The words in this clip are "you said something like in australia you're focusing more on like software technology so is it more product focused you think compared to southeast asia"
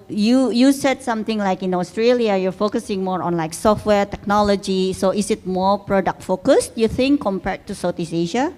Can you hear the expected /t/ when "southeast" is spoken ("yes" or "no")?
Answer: no